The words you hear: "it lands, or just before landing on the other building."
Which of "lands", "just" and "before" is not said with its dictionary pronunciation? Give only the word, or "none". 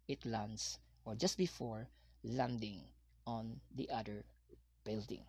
lands